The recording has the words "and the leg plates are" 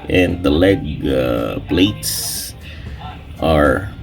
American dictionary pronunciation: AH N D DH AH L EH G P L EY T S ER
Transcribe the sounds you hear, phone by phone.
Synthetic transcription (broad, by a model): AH N DH AH L EH G B L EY T S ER